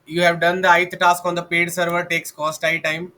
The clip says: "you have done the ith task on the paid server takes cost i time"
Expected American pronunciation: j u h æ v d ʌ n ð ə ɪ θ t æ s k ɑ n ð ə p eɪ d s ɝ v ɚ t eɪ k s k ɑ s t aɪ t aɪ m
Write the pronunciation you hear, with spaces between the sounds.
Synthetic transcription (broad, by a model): j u h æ v d ʌ n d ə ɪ t t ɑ s k ɑ n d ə p eɪ d s ɝ v ɚ t eɪ k s k ɑ s t aɪ t aɪ m